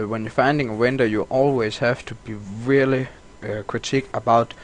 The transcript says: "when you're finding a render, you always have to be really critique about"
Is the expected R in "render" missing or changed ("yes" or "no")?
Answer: yes